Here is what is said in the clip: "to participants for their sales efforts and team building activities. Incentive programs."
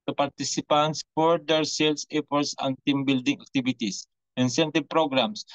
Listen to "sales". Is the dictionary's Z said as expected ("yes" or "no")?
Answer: no